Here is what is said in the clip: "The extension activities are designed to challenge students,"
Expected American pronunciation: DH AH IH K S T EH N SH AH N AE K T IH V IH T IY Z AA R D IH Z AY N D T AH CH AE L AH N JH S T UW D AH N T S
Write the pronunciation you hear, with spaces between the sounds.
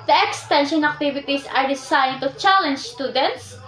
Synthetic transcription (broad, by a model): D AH IH K S T EH N SH AH N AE K T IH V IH T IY S AA R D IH S AY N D T AH CH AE L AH N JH S T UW D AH N T S